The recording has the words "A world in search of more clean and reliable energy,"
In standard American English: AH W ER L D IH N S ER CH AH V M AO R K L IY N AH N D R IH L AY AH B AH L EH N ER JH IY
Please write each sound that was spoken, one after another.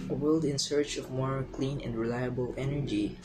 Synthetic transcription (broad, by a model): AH W ER L D IH N S ER CH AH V M AO R K L IY N AH N D R IH L AY AH B AH L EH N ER JH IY